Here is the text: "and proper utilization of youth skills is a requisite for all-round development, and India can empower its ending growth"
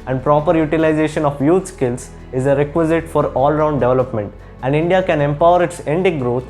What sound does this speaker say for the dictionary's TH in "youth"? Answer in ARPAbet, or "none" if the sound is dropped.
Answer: T